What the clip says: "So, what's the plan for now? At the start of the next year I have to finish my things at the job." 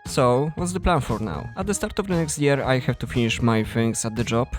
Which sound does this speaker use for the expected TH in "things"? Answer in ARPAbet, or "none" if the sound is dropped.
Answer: F